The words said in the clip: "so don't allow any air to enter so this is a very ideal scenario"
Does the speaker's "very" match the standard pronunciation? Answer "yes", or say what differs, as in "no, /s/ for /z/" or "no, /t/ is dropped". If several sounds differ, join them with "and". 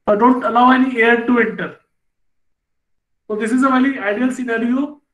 no, /l/ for /ɹ/